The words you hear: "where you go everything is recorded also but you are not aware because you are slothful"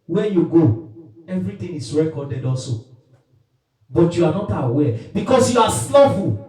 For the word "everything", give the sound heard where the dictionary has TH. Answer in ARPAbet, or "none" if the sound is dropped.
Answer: T